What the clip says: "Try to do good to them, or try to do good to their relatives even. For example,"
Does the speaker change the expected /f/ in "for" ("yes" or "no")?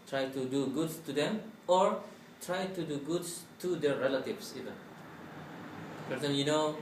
yes